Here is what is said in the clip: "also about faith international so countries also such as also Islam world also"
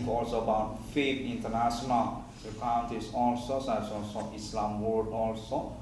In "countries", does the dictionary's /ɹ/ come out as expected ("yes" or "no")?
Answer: no